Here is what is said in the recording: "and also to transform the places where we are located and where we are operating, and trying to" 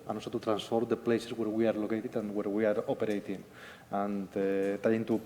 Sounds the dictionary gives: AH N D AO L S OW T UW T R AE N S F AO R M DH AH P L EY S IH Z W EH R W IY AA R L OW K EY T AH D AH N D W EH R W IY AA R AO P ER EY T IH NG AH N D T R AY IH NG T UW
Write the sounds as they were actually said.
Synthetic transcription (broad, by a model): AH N AO L S OW T UW T R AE N S F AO R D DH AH P L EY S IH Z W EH R W IY AA R L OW K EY T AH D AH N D W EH R W IY AA R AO P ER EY T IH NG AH N T AY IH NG T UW